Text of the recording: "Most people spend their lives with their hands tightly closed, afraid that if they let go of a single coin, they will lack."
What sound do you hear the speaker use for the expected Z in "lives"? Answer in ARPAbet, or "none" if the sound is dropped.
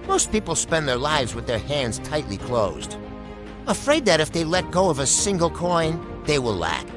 Z